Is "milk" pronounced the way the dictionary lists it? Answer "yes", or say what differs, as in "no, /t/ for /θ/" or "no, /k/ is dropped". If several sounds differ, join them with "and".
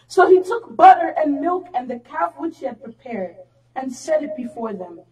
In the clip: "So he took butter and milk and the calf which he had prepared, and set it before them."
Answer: yes